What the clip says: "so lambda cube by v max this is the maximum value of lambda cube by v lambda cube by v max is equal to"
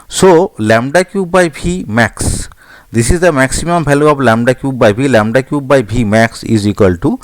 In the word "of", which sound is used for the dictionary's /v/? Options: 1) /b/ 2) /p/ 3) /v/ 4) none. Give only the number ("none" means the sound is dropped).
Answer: 1